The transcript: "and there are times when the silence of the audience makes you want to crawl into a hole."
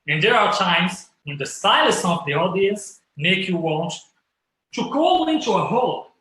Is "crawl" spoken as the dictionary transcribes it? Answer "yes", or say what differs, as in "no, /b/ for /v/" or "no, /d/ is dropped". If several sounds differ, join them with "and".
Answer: no, /ɹ/ is dropped